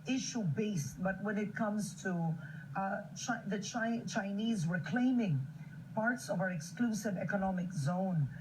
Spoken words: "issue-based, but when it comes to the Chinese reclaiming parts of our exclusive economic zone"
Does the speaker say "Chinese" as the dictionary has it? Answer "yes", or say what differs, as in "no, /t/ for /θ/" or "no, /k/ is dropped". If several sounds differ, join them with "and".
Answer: yes